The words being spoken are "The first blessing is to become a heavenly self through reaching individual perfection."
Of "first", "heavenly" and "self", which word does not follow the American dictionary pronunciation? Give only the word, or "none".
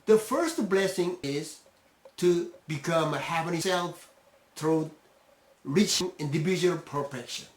heavenly